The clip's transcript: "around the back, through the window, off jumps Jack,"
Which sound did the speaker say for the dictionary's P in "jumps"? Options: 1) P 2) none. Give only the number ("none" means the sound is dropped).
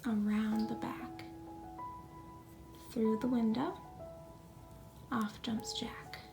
1